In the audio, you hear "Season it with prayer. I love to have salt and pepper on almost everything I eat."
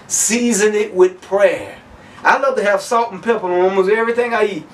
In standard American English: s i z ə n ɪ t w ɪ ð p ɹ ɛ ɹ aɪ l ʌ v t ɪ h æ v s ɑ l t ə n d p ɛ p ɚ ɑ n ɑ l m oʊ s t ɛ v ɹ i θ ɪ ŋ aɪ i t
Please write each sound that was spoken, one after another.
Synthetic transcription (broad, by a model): s i z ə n ɪ t w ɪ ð p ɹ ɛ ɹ aɪ l ʌ v t ɪ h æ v s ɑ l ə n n p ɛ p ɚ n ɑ m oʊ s ɛ v ɹ i θ ɪ ŋ aɪ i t